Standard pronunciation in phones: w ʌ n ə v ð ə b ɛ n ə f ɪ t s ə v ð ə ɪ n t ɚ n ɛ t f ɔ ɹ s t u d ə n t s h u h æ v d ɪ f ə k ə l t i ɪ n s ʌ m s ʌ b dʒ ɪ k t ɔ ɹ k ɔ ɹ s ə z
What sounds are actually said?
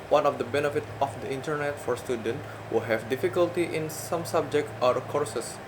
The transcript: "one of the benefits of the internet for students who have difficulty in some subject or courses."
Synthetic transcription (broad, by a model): w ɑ n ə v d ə b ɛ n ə f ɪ t ə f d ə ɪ n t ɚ n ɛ t f ɔ ɹ s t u d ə n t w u h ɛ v d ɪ f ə k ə l t i ɪ n s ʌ m s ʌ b dʒ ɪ k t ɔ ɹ k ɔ ɹ s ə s